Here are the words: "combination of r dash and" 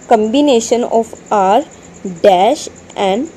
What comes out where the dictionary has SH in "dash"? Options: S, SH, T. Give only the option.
SH